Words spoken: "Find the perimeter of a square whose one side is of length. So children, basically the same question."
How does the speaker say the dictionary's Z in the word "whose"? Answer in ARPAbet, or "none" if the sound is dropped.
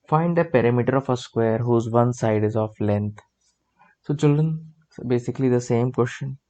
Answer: Z